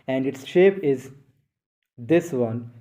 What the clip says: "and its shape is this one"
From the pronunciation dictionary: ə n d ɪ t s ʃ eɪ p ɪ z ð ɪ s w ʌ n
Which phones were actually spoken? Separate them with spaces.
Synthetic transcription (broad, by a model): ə n d ɪ t s ʃ eɪ p ɪ z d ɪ s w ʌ n